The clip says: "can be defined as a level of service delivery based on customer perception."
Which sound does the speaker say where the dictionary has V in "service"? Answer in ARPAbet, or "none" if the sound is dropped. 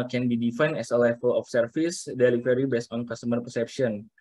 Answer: F